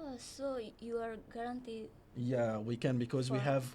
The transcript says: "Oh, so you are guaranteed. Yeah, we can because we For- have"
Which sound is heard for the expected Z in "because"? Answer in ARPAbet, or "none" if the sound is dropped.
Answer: Z